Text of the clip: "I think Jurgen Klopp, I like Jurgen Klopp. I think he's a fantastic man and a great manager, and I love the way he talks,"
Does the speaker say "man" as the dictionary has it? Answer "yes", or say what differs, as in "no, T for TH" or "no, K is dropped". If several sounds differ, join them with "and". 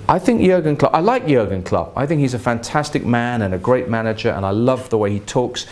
yes